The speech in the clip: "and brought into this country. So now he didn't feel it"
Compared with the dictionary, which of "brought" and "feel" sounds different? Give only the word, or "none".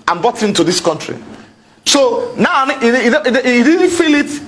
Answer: brought